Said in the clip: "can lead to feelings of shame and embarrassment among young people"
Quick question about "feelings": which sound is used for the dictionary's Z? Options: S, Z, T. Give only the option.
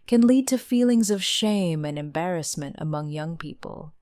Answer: Z